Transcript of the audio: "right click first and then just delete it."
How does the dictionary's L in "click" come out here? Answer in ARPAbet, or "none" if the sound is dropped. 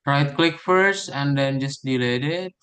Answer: L